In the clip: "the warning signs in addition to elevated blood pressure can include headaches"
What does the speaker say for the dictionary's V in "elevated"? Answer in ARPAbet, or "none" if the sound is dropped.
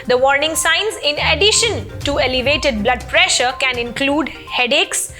V